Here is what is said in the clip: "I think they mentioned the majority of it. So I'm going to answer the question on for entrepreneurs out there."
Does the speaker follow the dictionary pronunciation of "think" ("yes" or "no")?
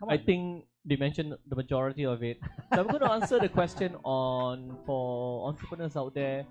no